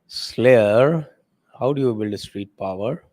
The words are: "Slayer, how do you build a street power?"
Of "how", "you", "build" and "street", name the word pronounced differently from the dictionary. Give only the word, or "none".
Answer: none